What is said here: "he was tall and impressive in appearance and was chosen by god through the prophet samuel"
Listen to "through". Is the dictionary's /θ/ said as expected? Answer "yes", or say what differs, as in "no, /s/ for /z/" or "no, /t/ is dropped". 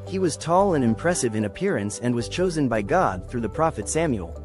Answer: yes